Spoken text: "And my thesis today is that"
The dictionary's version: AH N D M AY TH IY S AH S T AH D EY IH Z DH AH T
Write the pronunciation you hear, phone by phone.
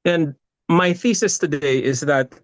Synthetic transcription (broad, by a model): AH N M AY TH IY S AH S T AH D EY IH Z DH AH T